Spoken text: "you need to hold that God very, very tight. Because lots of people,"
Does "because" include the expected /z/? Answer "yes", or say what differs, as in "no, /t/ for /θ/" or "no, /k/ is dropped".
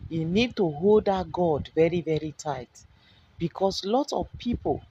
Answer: no, /s/ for /z/